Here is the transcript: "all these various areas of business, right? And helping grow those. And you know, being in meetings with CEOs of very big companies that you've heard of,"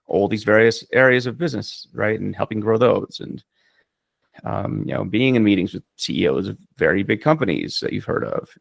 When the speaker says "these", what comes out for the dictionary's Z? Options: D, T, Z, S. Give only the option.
Z